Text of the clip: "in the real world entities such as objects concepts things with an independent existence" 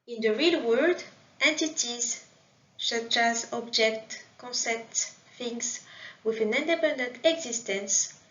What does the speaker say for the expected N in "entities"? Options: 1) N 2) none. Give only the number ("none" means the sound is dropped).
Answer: 1